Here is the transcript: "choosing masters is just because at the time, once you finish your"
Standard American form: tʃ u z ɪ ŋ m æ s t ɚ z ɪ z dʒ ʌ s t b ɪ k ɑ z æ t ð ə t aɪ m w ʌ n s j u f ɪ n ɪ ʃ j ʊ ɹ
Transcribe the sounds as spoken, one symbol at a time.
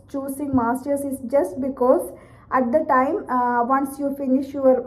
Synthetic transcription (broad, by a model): tʃ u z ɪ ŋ m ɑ s t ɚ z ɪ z dʒ ʌ s t b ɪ k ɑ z æ t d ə t aɪ m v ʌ n s j u f ɪ n ɪ ʃ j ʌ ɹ